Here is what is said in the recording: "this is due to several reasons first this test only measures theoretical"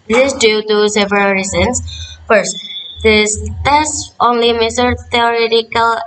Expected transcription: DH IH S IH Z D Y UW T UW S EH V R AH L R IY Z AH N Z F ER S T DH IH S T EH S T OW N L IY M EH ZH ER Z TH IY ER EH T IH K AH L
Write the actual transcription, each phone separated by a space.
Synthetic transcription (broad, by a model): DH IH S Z D Y UW T UW S EH V R AH L R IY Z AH N S F ER S T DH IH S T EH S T OW N L IY M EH S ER TH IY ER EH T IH K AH L